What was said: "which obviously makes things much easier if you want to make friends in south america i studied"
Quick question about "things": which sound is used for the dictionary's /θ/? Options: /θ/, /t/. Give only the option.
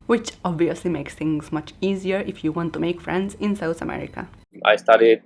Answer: /t/